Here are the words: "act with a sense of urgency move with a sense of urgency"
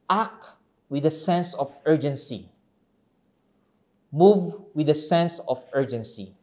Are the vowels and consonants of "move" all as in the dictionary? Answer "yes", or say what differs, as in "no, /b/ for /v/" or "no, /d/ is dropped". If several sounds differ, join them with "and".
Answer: yes